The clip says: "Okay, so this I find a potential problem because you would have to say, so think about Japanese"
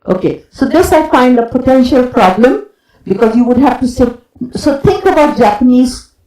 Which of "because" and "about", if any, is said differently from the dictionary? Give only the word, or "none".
none